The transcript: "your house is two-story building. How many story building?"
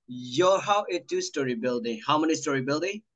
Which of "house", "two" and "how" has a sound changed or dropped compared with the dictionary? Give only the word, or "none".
house